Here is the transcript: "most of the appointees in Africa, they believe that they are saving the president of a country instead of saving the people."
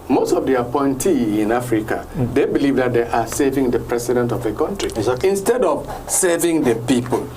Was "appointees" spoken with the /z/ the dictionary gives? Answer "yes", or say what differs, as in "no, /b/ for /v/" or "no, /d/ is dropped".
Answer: no, /z/ is dropped